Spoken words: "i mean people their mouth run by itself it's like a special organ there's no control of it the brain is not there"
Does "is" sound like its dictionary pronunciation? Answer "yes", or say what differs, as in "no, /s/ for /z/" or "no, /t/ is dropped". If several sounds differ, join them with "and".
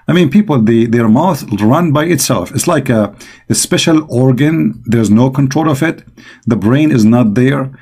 yes